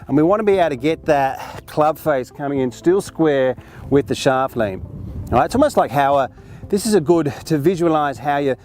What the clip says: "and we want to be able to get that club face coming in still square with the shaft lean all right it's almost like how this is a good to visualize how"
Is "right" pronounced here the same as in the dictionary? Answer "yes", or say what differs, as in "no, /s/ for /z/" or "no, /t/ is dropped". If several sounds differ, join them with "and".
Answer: no, /t/ is dropped